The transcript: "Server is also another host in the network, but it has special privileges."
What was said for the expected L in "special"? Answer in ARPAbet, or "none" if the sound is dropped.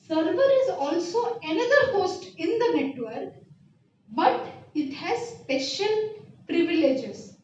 N